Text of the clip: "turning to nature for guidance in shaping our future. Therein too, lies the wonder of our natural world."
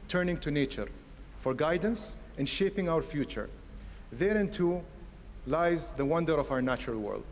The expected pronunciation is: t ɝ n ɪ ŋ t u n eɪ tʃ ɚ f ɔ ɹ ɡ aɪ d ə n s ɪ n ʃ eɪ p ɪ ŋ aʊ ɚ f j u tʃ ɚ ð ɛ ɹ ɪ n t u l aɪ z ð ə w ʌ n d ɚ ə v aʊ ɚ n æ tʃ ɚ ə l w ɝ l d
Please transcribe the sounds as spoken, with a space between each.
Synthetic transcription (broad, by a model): t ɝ n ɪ ŋ t u n eɪ tʃ ɚ f ɔ ɹ ɡ aɪ d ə n s ɪ n ʃ eɪ p ɪ ŋ aʊ ɚ f j u tʃ ɚ ð ɛ ɹ ɪ n t u l aɪ z ð ə w ʌ n d ɚ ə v aʊ ɚ n æ tʃ ɚ ə l w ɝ l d